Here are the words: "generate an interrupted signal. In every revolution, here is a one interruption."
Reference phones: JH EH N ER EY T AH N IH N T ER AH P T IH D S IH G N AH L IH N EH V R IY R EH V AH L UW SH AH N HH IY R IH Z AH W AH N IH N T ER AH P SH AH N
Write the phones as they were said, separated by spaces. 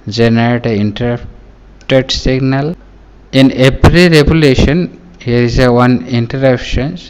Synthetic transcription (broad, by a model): JH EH N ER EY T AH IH N T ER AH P T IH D S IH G N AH L IH N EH P R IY R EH B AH L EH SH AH N HH IY R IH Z AH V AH N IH N T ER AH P SH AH N